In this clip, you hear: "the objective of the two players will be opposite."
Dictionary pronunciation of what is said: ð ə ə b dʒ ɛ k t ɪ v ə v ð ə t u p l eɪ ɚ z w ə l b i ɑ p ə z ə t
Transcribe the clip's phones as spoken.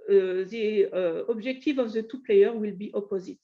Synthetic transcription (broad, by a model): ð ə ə b ʒ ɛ k t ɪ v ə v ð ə t u p l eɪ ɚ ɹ w ə l b i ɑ p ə z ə t